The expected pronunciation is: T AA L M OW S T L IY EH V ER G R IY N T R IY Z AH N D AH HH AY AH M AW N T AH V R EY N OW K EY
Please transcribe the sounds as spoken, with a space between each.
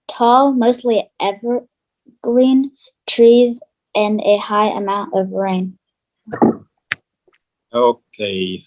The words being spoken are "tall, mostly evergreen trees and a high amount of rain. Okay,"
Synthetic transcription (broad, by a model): T AA L M OW S T L IY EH V ER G L IY N T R IY Z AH N AH HH AY AH M AW N T AH V R EY N OW K EY